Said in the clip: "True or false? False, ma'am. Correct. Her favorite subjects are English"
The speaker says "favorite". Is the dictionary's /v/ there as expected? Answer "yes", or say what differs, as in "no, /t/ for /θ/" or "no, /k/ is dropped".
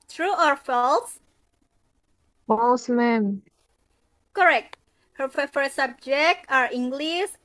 no, /f/ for /v/